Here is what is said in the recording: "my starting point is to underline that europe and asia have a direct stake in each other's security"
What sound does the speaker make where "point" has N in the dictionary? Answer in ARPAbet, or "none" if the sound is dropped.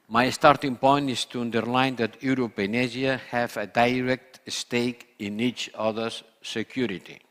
N